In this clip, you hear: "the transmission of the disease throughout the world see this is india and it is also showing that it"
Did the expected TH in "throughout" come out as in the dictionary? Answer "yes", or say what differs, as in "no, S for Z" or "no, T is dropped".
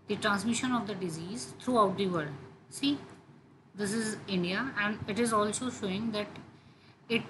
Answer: no, T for TH